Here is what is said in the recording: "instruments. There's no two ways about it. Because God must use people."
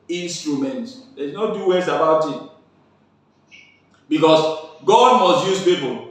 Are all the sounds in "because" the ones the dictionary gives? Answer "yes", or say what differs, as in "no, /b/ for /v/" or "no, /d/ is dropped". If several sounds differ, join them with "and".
no, /s/ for /z/